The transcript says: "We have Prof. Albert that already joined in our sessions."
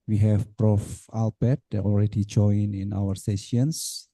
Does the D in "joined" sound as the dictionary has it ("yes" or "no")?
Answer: no